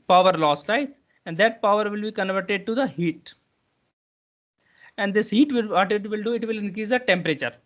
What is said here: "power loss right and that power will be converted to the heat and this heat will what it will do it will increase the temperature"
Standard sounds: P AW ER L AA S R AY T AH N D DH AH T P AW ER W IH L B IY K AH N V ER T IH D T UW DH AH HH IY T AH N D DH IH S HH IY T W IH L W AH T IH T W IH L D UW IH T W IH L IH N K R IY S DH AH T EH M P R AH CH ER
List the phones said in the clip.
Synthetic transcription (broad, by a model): P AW ER L AA S L AY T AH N D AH T P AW ER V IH L B IY K AH N V ER T IH D T UW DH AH HH IY T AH N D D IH S HH IY T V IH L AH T IH T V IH L D UW IH T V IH L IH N K R IY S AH T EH M P R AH CH ER